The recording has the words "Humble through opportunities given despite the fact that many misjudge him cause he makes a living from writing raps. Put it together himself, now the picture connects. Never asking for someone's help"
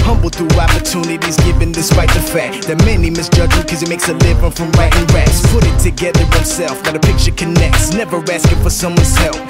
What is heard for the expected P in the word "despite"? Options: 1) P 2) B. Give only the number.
1